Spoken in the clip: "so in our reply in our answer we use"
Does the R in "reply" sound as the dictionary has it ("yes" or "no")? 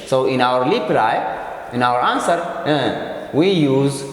no